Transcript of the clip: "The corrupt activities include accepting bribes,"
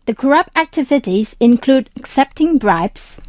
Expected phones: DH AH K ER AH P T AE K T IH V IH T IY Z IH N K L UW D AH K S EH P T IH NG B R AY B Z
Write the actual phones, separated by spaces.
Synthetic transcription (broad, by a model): DH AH K ER AH P T AE K T IH V IH T IY Z IH N K L UW D AH K S EH P T IH NG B R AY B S